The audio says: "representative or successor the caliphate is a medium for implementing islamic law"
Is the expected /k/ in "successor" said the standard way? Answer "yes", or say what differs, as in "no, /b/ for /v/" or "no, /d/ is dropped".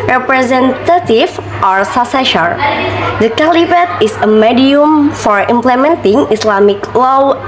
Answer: no, /k/ is dropped